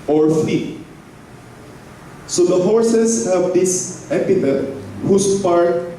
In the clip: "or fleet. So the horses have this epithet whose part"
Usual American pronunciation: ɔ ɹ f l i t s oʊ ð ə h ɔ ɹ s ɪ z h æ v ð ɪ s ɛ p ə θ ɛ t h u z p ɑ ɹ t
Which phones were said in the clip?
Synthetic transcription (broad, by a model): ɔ ɹ f i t s oʊ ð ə h ɔ ɹ s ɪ s h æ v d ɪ s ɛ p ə t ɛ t h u s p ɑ ɹ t